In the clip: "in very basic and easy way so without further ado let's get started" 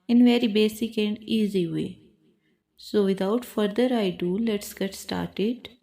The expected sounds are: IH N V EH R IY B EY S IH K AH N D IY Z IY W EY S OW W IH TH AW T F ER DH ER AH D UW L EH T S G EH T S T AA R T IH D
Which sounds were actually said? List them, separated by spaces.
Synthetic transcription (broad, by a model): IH N V EH R IY B EY S IH K AH N D IY Z IY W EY S OW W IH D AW T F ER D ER AH D UW L EH T S G EH T S T AA R T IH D